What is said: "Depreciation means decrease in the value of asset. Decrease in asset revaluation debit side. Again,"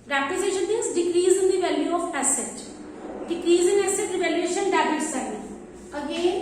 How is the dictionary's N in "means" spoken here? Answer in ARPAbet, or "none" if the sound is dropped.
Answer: none